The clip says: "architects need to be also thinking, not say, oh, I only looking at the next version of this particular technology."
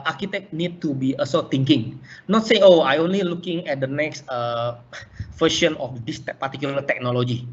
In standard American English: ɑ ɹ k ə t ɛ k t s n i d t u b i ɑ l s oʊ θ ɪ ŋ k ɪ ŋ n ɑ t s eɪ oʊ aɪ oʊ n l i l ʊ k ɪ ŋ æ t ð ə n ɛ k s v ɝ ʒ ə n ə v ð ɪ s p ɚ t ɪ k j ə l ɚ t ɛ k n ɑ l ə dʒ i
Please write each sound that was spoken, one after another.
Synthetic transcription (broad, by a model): ɑ ɹ k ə t ɛ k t n i d t u b i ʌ s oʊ t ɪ ŋ k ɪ ŋ n ɑ t s eɪ oʊ aɪ oʊ n l i l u k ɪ ŋ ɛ t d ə n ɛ k s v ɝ ʃ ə n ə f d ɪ s p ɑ t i k j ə l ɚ t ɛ k n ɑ l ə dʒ i